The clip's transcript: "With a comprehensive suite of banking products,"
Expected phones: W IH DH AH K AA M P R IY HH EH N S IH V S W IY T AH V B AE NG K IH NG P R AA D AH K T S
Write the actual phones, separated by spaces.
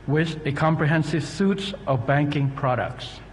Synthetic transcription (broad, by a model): W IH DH AH K AA M P R IY HH EH N S IH V S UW T AH V B AE NG K IH NG P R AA D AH K T S